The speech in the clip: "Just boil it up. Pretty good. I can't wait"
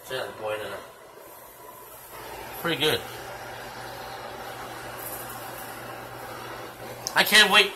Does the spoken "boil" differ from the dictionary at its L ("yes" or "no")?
yes